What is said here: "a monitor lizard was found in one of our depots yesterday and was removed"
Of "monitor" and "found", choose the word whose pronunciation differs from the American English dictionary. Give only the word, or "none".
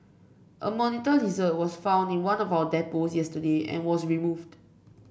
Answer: none